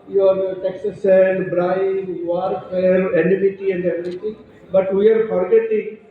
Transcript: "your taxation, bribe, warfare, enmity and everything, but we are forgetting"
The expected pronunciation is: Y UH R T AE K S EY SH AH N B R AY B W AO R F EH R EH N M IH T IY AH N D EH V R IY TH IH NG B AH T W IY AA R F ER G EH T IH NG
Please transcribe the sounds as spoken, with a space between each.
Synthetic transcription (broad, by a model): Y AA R T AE K S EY S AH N B R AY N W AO R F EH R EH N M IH T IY AH N D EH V R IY T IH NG B AH T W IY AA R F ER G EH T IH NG